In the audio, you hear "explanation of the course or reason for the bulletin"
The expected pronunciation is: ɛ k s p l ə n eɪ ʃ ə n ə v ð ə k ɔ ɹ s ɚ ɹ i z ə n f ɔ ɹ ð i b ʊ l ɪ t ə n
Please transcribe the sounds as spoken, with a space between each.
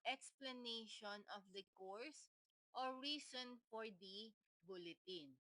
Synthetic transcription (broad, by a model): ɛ k s p l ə n eɪ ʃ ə n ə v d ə k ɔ ɹ s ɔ ɹ i s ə n f ɔ ɹ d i b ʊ l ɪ t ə n